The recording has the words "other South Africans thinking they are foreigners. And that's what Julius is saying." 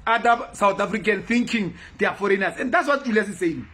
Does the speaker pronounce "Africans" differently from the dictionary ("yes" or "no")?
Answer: yes